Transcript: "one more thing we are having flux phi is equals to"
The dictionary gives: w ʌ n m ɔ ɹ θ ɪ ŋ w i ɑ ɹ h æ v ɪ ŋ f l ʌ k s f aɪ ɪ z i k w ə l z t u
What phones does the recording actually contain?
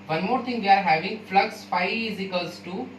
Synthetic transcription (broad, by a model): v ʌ n m ɔ ɹ t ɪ ŋ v i ɑ ɹ h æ v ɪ ŋ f l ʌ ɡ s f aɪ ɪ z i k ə l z t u